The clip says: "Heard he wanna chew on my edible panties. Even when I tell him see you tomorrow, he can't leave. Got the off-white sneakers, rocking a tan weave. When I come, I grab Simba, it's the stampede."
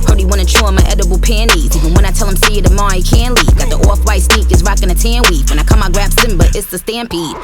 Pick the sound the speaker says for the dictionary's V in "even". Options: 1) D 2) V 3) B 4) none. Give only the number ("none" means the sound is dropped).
4